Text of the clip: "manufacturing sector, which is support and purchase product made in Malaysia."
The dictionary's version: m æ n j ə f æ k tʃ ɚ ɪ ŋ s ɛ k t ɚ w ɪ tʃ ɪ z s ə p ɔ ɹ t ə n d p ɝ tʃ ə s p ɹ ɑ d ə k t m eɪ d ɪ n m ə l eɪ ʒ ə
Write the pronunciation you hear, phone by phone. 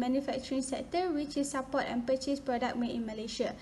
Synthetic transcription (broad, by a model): m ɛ n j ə f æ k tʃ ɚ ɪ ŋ s ɛ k t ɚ w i tʃ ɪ s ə p ɔ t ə n p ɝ tʃ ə s p ɹ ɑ d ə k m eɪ ɪ n m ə l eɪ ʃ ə